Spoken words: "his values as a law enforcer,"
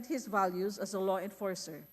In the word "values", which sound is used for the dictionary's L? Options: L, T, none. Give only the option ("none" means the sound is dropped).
L